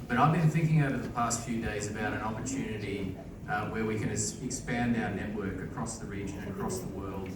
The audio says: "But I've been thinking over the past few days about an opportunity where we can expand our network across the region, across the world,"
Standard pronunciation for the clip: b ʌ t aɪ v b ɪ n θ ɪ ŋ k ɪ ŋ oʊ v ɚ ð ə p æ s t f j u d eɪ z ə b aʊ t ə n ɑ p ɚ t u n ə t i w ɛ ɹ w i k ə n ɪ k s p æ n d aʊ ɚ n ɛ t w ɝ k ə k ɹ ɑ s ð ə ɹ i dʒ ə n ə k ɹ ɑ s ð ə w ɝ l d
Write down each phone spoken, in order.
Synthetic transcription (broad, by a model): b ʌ t aɪ v b ɪ n θ ɪ ŋ k ɪ ŋ oʊ v ɚ ð ə p æ s t f j u d eɪ z ə b aʊ t ə n ɑ p ɚ t u n ə t i w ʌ ɹ w i k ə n ɪ k s p æ n d aʊ ɚ n ɛ t w ɝ k ə k ɹ ɑ s ð ə ɹ i dʒ ə n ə k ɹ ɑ s ð ə w ɝ l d